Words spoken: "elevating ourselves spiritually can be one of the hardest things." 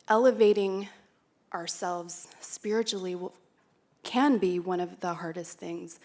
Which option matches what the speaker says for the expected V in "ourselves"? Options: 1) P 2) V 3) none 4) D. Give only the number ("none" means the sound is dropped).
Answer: 2